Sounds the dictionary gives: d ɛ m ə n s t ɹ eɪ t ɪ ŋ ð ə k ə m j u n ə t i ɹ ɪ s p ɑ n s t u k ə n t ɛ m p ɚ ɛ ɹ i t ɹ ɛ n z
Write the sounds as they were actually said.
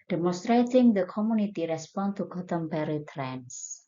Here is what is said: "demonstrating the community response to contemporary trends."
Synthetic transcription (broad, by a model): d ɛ m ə n s t ɹ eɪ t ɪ ŋ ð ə k ə m j u n ə t i ɹ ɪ s p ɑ n t u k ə t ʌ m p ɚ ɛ ɹ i t ɹ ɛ n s